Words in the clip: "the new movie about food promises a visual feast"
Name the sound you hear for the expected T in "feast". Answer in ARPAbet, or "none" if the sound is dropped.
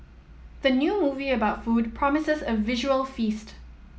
T